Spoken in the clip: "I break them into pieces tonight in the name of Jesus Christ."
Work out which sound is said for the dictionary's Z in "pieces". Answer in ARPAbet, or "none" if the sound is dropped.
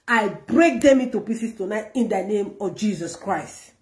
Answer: S